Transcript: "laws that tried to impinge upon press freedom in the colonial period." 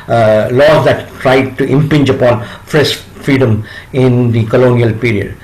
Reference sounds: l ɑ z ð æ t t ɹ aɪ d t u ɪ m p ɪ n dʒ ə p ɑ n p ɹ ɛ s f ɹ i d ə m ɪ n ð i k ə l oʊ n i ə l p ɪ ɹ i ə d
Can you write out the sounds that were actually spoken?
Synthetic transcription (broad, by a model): l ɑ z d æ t t ɹ aɪ d t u ɪ m p ɪ n dʒ ə p ɑ n f ɹ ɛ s f ɹ i d ə m ɪ n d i k ə l oʊ n i ə l p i ɹ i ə d